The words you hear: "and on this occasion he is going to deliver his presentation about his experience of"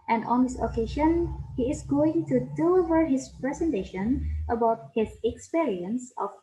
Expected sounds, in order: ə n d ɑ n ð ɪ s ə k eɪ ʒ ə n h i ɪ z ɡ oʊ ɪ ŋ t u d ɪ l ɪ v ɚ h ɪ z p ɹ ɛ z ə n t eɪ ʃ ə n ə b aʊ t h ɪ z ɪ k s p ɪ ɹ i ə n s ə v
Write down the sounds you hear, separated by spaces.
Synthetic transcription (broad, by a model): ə n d ɑ n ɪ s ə k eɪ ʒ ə n h i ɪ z ɡ oʊ ɪ ŋ t u d ɪ l ɪ v ɚ h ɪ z p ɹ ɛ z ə n t eɪ ʃ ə n ə b aʊ t h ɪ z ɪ k s p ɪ ɹ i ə n s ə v